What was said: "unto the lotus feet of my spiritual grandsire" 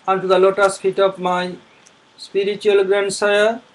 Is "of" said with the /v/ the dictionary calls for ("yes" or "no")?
no